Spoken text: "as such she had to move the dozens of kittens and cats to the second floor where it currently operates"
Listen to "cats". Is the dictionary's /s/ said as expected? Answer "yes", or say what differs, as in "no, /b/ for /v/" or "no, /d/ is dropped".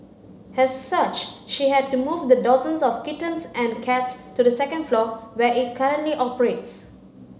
yes